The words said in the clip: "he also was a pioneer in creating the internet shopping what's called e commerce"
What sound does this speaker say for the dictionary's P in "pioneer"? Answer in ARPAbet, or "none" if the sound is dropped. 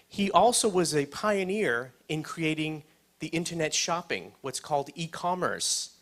P